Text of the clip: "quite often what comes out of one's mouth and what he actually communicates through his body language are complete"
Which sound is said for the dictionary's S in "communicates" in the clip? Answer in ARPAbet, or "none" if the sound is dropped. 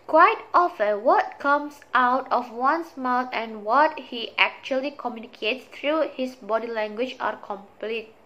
S